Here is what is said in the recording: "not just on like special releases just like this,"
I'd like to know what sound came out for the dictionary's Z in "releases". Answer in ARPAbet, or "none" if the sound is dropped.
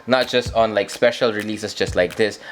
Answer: S